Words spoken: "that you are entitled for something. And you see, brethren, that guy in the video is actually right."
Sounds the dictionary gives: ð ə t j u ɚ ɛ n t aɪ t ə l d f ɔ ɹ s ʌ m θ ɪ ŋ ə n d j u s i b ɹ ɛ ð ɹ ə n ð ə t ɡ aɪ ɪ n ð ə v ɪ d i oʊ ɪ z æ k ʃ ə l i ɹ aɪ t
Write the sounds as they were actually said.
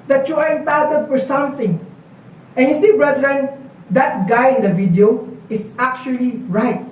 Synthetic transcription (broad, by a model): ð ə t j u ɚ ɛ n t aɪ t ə d f ɔ ɹ s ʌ m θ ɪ ŋ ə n j u s i b ɹ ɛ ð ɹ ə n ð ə t ɡ aɪ ɪ n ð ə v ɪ d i oʊ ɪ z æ k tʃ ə l i ɹ aɪ t